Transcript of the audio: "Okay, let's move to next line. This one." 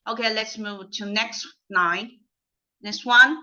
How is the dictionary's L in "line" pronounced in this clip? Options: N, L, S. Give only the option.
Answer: N